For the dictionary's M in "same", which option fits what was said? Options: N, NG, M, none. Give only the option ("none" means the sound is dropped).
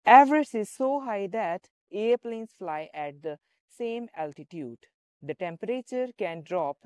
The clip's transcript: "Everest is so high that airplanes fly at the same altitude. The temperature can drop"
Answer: M